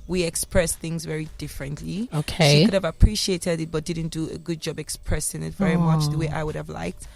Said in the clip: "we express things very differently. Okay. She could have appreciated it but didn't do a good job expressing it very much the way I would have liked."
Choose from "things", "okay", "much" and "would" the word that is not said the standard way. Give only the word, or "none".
none